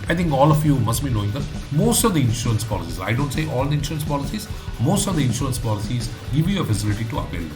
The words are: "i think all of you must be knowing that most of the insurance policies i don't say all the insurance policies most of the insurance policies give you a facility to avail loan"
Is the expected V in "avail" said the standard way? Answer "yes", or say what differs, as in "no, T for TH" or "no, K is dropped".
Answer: no, P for V